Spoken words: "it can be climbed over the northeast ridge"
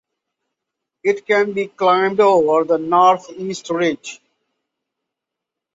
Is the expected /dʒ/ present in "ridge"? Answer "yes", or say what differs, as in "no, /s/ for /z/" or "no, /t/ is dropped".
yes